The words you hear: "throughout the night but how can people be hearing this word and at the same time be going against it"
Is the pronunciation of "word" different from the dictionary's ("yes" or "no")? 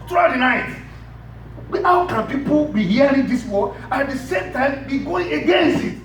yes